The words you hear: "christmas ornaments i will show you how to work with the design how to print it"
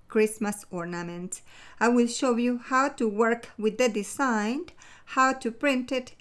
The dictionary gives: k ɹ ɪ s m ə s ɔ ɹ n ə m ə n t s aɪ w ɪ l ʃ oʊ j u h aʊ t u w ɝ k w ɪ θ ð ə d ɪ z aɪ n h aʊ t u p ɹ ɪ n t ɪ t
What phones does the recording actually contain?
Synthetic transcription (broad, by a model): k ɹ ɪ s m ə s ɔ ɹ n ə m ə n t aɪ w ɪ l ʃ oʊ j u h aʊ t u w ɝ k w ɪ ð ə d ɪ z aɪ n h aʊ t u p ɹ ɪ n t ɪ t